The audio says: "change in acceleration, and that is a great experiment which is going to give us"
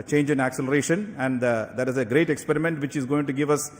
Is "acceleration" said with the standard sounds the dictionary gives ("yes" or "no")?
yes